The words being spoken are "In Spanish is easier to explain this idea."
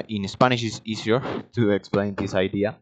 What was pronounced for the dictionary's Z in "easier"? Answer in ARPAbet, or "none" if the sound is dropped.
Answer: S